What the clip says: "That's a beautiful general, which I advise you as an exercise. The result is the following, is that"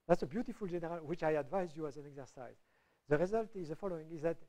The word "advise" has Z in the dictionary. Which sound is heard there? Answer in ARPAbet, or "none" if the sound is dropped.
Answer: Z